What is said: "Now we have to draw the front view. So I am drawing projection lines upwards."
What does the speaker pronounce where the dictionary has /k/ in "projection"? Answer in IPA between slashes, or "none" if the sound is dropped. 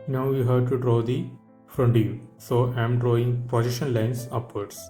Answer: none